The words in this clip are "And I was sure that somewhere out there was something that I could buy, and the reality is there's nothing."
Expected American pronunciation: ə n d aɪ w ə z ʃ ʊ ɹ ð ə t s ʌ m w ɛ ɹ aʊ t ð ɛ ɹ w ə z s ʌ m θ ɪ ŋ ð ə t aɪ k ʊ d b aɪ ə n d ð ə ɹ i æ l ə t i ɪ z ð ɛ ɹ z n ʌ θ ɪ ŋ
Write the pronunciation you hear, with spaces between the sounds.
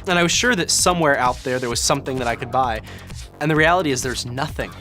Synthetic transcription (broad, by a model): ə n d aɪ w ə z ʃ ʊ ɹ ð ə t s ʌ m w ɛ ɹ aʊ t ð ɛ ɹ w ə z s ʌ m θ ɪ ŋ ð ə t aɪ k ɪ d b aɪ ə n ð ə ɹ i æ l ə t i ɪ z ð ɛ ɹ z n ʌ θ ɪ ŋ